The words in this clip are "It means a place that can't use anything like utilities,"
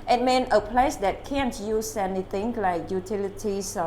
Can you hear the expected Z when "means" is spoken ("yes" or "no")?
no